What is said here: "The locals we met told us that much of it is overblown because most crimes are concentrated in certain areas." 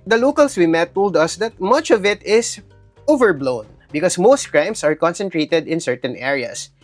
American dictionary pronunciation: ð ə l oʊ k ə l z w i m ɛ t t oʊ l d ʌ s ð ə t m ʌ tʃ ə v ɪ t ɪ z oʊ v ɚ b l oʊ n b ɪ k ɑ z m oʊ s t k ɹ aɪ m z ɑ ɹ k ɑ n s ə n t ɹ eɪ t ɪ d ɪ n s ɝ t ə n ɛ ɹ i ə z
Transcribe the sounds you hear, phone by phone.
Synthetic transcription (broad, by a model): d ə l oʊ k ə l s w i m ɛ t t oʊ l d ʌ s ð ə t m ʌ tʃ ə v ɪ t ɪ s oʊ v ɚ b l oʊ n b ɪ k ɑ s m oʊ s t k ɹ aɪ m s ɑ ɹ k ɑ n s ə n t ɹ eɪ t ɪ d ɪ n s ɝ t ə n ɛ ɹ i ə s